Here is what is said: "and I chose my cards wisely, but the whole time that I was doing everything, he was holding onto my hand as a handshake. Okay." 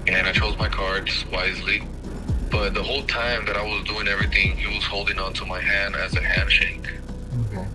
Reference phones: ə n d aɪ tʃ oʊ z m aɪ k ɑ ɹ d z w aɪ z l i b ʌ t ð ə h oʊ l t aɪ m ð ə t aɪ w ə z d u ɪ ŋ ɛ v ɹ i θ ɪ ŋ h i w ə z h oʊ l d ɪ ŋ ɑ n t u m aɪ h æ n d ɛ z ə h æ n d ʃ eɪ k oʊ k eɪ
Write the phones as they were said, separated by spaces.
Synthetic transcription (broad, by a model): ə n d aɪ tʃ oʊ z m aɪ k ɑ ɹ d z w aɪ z l i b ʌ t ð ə h oʊ l t aɪ m ð ə t aɪ w ə z d u ɪ ŋ ɛ v ɹ i θ ɪ ŋ h i w ə z h oʊ l d ɪ ŋ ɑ n t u m aɪ h æ n d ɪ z ə h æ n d ʃ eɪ ɪ k